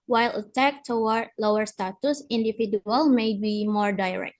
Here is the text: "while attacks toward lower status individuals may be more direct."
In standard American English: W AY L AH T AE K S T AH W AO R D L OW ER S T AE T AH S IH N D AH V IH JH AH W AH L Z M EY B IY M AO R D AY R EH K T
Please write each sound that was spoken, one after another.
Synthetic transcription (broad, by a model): W AY L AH T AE K T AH W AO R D L OW ER S T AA T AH S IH N D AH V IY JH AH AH L M EY B IY M AO R D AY R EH K T